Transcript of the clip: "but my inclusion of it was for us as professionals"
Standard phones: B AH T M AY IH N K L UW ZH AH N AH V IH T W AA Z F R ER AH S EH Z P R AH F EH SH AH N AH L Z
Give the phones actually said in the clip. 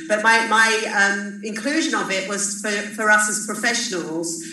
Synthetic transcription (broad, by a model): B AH T M AY IH N K L UW ZH AH N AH B IH T W AA Z F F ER AH S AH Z P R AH F EH SH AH N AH L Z